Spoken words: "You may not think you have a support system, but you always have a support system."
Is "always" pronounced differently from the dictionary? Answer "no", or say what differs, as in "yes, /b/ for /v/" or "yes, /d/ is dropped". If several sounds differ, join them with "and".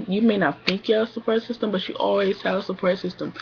no